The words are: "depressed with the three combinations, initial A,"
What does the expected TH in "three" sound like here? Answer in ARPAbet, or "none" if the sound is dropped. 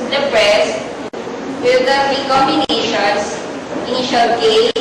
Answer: F